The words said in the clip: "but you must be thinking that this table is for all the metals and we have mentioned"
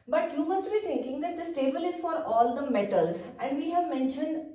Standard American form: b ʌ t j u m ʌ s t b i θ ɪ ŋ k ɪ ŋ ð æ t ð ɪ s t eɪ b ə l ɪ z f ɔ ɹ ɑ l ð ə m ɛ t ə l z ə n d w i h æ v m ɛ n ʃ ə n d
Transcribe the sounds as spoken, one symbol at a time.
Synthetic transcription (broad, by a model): b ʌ t j u m ʌ s t b i t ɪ ŋ k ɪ ŋ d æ t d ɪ s t eɪ b ə l ɪ z f ɔ ɹ ɑ l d ə m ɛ t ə l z ə n d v i h æ v m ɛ n ʃ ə n d